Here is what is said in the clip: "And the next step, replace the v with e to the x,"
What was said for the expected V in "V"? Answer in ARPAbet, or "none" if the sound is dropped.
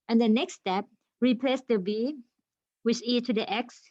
B